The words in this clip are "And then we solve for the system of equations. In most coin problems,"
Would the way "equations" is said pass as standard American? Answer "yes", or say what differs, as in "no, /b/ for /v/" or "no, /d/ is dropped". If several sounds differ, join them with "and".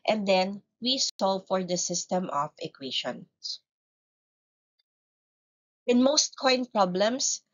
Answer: no, /ʃ/ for /ʒ/ and /z/ is dropped